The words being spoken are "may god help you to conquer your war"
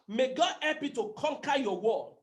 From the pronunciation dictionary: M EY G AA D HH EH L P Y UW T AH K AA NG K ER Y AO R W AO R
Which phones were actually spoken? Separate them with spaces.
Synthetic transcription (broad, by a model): M EY G AA D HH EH P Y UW T AH K AA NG K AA Y AO W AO